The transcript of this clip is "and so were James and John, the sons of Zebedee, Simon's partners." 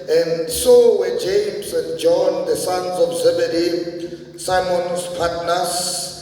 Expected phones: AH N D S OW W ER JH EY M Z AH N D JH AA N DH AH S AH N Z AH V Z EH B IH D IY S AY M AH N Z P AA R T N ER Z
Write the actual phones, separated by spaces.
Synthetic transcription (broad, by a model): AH N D S OW W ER JH EY M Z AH N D JH AA N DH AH S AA N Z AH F Z EH B IH D IY S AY M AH N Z P AA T N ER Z